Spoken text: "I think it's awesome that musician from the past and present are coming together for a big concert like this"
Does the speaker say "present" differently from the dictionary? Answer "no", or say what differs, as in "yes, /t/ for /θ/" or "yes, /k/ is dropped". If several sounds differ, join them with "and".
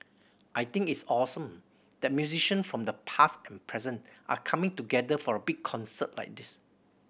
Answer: no